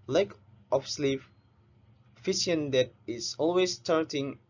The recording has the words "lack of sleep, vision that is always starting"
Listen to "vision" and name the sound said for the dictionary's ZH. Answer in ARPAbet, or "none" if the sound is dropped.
S